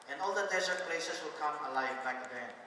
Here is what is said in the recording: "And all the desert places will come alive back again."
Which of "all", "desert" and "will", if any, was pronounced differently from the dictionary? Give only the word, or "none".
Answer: desert